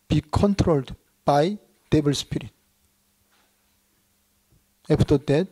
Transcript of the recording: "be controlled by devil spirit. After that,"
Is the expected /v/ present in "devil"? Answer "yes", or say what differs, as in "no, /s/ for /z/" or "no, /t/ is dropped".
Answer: no, /b/ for /v/